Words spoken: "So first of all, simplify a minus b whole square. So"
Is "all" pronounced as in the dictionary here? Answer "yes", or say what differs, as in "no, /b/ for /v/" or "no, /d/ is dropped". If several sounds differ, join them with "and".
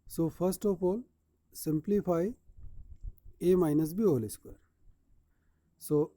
yes